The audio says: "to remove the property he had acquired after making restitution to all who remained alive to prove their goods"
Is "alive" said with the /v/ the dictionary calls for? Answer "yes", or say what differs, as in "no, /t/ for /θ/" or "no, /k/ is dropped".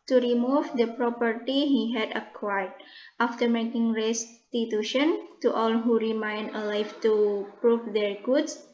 no, /f/ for /v/